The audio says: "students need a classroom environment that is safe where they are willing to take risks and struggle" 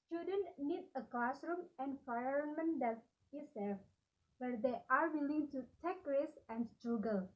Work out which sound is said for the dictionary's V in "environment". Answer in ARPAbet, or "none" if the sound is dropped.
F